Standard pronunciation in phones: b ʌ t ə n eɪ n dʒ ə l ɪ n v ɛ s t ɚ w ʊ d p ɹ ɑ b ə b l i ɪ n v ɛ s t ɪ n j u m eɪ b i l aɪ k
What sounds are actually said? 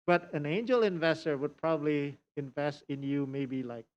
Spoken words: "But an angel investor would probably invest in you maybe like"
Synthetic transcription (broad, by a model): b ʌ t ə n eɪ n dʒ ə l ɪ n v ɛ s t ɚ w ʊ d p ɹ ɑ b ə b l i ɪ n v ɛ s t ɪ n j u m eɪ b i l aɪ k